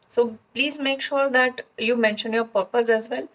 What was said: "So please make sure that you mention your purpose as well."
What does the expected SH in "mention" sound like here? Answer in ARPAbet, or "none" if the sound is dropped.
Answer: SH